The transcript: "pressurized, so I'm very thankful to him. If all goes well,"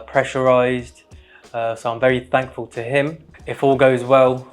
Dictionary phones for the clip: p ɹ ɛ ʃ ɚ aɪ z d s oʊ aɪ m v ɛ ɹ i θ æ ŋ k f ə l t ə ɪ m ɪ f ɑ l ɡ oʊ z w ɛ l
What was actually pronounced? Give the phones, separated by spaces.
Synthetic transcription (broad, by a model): p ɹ ɛ ʃ ɚ aɪ z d s oʊ aɪ m v ɛ ɹ i θ æ ŋ k f ə l t ə ɪ m ɪ f ɑ l ɡ oʊ z w ɛ l